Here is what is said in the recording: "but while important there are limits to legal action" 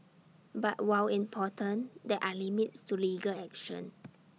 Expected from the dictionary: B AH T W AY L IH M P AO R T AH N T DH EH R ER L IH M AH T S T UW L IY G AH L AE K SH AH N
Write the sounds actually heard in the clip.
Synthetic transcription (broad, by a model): B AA T W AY W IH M P AO T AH N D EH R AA L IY M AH T S T UW L IY G AH L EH K SH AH N